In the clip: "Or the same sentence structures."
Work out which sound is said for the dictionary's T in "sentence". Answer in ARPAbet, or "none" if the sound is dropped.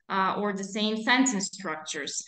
S